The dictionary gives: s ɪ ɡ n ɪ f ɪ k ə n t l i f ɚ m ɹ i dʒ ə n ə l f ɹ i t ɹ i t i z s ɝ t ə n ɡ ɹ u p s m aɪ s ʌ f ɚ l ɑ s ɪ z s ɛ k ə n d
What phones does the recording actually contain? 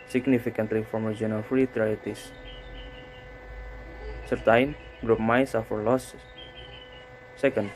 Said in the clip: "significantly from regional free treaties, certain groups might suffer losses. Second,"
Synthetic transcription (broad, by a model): s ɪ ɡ n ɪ f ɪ k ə n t l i f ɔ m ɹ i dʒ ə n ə f ɹ i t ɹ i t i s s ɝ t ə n ɡ ɹ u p m aɪ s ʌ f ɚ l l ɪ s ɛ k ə n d